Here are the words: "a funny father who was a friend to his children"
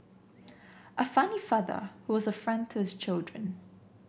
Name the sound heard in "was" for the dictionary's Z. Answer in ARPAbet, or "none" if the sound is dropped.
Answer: Z